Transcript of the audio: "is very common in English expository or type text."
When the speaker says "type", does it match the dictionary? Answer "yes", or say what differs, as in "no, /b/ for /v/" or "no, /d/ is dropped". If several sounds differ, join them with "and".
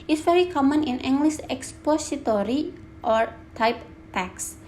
yes